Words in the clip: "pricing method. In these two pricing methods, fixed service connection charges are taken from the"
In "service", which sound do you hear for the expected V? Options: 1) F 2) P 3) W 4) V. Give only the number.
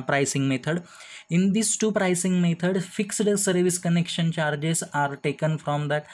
4